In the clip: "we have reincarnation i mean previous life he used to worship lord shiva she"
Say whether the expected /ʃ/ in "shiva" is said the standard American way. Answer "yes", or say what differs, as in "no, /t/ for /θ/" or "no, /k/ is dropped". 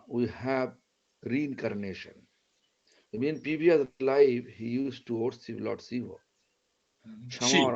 no, /s/ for /ʃ/